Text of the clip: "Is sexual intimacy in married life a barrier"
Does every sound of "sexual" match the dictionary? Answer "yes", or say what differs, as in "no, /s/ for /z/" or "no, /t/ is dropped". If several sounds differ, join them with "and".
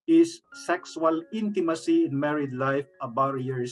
no, /s/ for /ʃ/